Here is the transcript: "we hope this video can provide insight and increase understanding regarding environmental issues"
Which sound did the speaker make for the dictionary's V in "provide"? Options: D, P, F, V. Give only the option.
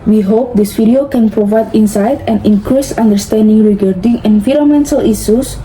V